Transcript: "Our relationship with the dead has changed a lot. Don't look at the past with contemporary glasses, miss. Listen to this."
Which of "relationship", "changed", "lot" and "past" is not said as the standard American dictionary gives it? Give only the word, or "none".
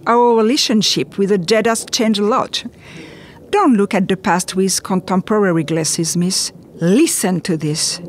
changed